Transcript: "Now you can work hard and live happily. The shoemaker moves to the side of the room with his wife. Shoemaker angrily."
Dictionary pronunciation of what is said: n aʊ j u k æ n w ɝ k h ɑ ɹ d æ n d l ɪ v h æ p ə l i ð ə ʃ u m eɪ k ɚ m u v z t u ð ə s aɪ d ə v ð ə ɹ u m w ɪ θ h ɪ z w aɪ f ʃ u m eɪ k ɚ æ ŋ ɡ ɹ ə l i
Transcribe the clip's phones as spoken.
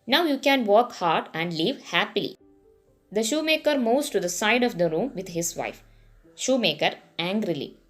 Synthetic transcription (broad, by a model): n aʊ j u k æ n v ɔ k h ɑ ɹ d æ n d l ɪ v h æ p ə l i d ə ʃ u m eɪ k ɚ m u z t u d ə s aɪ d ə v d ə ɹ u m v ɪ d h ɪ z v aɪ f ʃ u m eɪ k ɚ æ ŋ ɡ ɹ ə l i